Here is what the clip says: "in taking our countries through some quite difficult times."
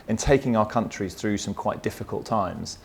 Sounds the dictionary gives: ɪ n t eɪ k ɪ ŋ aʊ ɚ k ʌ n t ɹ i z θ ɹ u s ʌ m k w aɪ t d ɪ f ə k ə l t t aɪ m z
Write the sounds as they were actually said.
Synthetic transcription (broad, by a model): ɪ n t eɪ k ɪ ŋ aʊ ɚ k ʌ n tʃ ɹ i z θ ɹ u s ʌ m k w aɪ t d ɪ f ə k ə l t t aɪ m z